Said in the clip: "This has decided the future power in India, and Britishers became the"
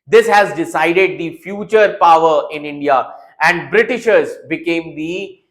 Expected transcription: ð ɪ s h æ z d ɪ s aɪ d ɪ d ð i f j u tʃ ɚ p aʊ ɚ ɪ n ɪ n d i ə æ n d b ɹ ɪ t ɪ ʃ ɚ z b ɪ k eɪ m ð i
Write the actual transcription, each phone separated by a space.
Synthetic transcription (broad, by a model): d ɪ s h æ z d ɪ s aɪ d ɪ d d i f j u tʃ ɚ p aʊ ɚ ɪ n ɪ n d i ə æ n d b ɹ ɪ t ɪ ʃ ɚ z b ɪ k eɪ m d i